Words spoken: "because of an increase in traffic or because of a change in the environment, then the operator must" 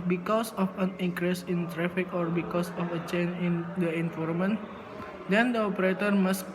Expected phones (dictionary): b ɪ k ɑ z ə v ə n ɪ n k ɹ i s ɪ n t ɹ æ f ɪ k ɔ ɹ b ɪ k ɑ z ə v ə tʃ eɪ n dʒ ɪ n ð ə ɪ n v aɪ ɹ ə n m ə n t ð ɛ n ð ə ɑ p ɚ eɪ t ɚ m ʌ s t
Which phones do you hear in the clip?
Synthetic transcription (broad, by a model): b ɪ k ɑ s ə f ə n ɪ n k ɹ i s ɪ n t ɹ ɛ f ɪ k ɔ ɹ b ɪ k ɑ s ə f ə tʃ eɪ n ɪ n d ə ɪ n f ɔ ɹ m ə n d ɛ n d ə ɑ p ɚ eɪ t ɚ m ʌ s